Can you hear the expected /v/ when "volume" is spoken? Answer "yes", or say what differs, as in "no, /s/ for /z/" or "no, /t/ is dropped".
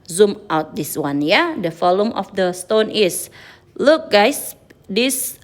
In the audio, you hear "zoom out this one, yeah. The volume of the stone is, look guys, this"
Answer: no, /f/ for /v/